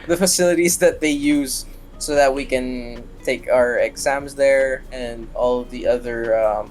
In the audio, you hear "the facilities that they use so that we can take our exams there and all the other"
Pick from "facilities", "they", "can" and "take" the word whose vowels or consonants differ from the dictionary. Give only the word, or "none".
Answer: none